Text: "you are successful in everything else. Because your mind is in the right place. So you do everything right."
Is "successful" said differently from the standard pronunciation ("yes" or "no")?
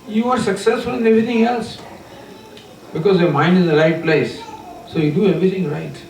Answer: no